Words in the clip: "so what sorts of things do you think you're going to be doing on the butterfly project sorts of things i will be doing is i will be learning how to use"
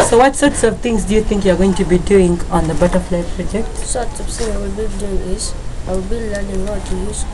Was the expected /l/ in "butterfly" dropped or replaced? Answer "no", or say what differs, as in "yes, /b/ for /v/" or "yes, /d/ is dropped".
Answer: no